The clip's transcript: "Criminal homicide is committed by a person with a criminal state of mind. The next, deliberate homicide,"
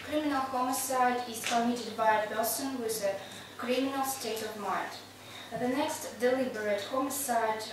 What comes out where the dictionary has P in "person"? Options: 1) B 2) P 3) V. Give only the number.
1